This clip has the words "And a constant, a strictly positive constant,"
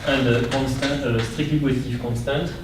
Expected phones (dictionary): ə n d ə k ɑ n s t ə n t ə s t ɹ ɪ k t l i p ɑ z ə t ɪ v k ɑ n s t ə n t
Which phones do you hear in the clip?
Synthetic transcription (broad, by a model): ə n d ə k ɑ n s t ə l ə s t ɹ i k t i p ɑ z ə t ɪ f k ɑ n s t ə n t